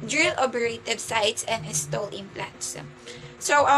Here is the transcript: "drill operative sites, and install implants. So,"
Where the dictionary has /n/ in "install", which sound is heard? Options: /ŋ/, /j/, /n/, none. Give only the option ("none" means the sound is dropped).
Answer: none